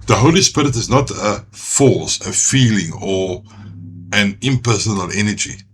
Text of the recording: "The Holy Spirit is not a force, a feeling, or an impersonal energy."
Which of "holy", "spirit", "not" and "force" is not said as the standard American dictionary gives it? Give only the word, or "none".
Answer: force